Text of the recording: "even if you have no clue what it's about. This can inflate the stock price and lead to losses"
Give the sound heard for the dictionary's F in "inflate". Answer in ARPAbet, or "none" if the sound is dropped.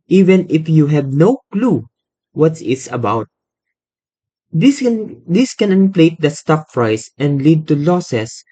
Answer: P